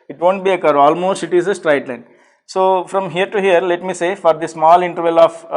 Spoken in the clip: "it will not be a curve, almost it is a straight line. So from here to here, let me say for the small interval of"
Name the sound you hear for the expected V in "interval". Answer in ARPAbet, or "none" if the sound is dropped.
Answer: V